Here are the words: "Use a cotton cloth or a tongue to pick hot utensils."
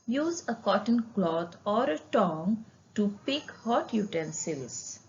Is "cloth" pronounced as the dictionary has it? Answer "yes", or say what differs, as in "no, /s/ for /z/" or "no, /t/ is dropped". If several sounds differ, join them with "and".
no, /t/ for /θ/